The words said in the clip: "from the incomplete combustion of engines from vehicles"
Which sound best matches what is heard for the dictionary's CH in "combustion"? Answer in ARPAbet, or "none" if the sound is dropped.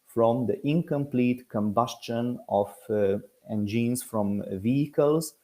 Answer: CH